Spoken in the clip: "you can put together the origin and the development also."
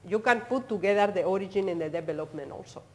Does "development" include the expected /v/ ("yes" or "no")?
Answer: no